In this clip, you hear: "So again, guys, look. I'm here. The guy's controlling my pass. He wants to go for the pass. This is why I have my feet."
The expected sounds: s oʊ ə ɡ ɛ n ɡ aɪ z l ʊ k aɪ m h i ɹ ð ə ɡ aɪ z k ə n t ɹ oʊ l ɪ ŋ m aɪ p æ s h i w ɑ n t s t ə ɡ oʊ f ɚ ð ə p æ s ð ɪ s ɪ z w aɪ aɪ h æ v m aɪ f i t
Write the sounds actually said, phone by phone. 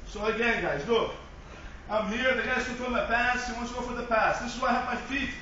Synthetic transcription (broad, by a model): s oʊ ə ɡ ɛ n ɡ aɪ z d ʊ aɪ m h i ɹ ð ə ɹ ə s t oʊ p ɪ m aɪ p æ s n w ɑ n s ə ɡ oʊ f ɚ ð ə p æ s ð ɪ s ɪ z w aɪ aɪ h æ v m aɪ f i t